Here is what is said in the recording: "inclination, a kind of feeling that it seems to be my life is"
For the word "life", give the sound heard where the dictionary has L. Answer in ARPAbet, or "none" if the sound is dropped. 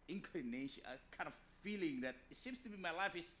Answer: L